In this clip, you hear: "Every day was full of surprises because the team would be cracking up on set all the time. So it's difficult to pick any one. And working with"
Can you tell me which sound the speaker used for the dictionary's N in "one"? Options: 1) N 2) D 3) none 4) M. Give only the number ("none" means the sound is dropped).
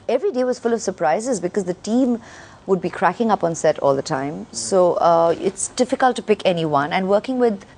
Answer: 1